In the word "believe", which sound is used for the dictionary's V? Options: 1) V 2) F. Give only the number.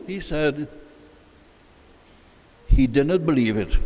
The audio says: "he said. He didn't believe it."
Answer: 1